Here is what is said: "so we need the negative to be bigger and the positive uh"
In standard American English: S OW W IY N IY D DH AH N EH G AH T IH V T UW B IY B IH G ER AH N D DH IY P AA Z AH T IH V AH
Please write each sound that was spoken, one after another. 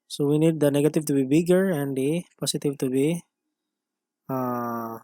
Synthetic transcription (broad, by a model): S OW W IY N IY D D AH N EH G AH T IH V T UW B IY B IH G ER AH N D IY P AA S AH T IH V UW